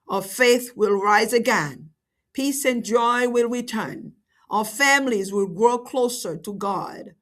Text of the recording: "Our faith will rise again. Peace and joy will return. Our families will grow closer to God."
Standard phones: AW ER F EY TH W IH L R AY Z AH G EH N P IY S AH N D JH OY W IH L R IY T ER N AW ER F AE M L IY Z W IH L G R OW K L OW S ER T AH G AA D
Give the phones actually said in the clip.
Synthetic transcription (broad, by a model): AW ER F EY TH W IH L R AY Z AH G EH N P IY S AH N JH OY W IH L R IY T ER N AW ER F AE M L IY Z W IH L G R OW K L OW S ER T AH G AA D